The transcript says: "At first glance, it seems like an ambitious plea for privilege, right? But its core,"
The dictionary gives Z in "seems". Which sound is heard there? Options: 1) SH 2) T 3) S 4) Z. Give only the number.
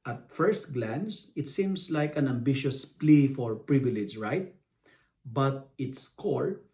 3